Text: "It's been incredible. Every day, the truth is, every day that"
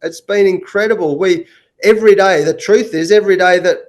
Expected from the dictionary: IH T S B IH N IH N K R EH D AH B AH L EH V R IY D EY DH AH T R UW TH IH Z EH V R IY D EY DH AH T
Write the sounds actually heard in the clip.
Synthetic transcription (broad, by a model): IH T S B IH N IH N K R EH D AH B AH L EH V R IY D EY DH AH T R UW TH IH Z EH V R IY D EY DH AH T